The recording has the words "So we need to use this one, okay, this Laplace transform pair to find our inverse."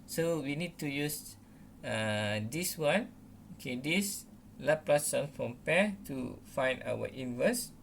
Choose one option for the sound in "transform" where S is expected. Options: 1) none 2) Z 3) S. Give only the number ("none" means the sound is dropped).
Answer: 1